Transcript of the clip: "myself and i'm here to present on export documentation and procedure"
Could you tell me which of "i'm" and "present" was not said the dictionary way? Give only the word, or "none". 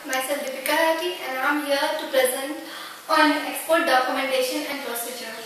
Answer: none